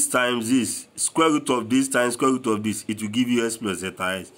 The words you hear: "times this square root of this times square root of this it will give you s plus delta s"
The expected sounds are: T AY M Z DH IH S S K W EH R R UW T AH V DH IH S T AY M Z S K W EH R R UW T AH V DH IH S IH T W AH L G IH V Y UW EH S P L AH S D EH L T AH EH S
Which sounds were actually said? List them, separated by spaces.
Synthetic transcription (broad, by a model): T AY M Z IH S S K W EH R R UW T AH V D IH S T AY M S K W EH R R UW T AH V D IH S IH T W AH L G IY V Y UW EH S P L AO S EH T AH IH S